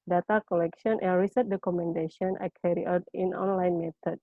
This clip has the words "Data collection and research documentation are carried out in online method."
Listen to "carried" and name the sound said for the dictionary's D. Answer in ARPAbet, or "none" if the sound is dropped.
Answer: none